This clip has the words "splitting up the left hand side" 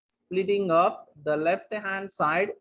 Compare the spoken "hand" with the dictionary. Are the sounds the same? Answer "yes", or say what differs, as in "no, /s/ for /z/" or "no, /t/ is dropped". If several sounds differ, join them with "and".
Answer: yes